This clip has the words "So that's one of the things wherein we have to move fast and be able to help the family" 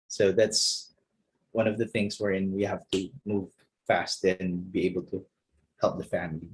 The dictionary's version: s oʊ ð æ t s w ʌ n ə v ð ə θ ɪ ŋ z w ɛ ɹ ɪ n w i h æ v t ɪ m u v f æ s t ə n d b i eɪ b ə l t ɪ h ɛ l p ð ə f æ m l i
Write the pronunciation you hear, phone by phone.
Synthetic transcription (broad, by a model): s oʊ ð æ t s w ʌ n ə v ð ə θ ɪ ŋ z w ɛ ɹ ɪ n w i h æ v t ɪ m u v f æ s t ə n b i eɪ b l t ɪ h ɛ l p ð ə f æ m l i